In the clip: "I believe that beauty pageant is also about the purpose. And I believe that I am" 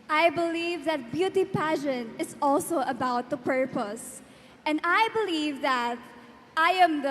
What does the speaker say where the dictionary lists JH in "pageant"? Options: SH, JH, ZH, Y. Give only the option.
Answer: SH